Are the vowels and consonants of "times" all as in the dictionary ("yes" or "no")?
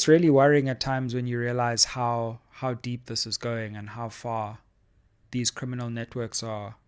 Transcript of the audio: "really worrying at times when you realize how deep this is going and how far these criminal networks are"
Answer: yes